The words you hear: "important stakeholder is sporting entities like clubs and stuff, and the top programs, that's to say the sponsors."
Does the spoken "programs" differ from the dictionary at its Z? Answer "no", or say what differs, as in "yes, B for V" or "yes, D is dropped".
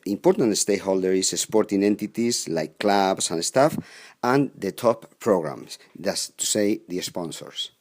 yes, S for Z